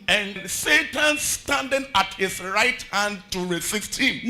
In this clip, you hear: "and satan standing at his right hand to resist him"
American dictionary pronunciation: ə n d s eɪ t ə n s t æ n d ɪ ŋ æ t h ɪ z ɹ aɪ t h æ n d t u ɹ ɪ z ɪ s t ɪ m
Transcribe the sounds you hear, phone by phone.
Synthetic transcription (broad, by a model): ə n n s eɪ t ə n s t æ n d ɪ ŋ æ t h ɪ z ɹ aɪ t h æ n d t u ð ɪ s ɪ s t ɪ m